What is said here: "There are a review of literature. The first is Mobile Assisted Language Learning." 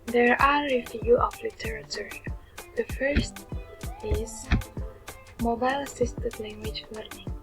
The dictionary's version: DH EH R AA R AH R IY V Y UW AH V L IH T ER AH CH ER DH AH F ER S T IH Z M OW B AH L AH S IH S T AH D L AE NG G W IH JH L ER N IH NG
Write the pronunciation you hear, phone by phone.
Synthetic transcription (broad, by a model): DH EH R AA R AH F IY Y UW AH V L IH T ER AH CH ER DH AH F ER S T IH Z M OW B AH L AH S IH S T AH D L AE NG G W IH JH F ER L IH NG